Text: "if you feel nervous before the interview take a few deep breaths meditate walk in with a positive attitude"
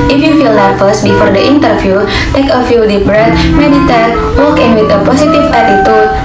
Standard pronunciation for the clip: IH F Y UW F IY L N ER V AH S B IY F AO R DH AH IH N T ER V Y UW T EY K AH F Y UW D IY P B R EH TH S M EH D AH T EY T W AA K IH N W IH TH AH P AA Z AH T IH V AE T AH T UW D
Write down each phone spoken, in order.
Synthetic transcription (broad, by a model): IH F Y UW F IY L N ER F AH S B IY F AO R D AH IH N T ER F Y UW T EY K AH F Y UW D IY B R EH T M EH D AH T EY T W AA K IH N W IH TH AH P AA S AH T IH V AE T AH T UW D